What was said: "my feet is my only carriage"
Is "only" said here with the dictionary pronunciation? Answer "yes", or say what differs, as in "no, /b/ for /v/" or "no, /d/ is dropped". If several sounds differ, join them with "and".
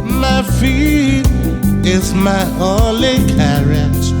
no, /n/ is dropped